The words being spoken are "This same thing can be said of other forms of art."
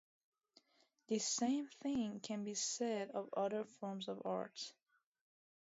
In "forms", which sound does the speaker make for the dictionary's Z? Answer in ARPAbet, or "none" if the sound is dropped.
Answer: Z